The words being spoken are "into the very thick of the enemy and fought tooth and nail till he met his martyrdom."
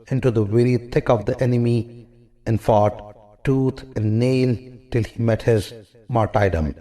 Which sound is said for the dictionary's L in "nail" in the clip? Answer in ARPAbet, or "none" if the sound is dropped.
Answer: L